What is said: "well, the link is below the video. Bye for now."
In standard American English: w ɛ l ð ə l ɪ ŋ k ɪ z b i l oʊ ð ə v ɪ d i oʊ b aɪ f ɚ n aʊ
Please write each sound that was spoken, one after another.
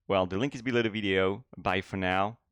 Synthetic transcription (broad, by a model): w ɛ l ð ə l ɪ ŋ k ɪ z b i l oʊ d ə v ɪ d i oʊ b aɪ f ɚ n aʊ